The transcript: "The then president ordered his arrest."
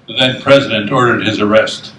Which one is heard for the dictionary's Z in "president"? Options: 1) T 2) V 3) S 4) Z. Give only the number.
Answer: 4